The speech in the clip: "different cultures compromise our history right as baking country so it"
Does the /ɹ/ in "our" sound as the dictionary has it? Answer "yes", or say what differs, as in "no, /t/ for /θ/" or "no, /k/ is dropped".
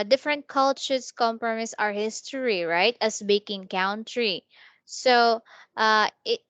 yes